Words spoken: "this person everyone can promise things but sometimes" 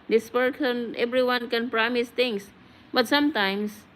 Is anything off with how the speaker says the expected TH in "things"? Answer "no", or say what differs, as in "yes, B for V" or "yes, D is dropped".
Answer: yes, T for TH